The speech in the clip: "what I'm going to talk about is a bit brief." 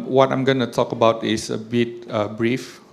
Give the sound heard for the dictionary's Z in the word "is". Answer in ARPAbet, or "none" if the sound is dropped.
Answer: S